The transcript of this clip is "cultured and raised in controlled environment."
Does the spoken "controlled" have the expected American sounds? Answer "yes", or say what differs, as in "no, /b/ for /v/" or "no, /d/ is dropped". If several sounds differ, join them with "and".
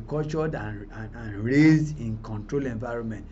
no, /d/ is dropped